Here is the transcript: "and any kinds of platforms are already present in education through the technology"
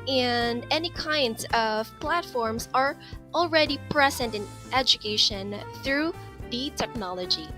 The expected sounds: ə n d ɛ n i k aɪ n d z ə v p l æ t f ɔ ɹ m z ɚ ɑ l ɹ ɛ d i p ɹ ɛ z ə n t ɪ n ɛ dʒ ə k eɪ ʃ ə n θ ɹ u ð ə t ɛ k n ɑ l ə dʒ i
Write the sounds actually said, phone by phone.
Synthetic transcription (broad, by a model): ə n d ɛ n i k aɪ n d z ə v p l æ t f ɔ ɹ m z ɚ l ɹ ɛ d i p ɹ ɛ z ə n t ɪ n ɛ dʒ ə k eɪ ʃ ə n θ ɹ u ð ə t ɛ k n ɑ l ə dʒ i